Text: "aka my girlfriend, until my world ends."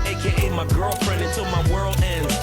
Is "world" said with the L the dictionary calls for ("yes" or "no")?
yes